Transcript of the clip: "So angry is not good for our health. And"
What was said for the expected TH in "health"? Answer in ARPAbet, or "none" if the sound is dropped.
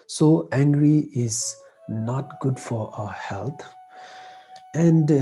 T